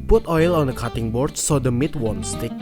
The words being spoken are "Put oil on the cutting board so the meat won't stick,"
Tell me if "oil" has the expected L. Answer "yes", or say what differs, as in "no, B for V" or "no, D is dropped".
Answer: yes